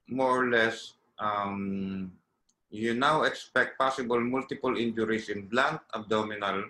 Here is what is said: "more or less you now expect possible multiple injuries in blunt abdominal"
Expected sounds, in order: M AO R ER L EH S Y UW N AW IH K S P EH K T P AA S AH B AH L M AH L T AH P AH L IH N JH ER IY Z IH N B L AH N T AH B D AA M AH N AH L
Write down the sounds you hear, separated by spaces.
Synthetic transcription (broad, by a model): M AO R L EH S Y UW N AW IH K S P EH K T P AA S AH B AH L M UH L T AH P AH L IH N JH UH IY S IH N B L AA N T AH B D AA M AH N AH L